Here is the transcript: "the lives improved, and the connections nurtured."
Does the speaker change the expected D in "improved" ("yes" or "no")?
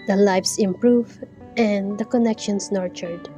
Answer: yes